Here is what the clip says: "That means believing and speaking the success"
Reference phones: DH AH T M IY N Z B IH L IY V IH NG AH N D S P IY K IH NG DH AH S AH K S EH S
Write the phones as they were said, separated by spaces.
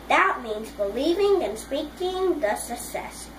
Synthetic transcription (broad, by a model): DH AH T M IY N Z B IH L IY V IH NG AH N S P IY K IH NG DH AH S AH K S EH S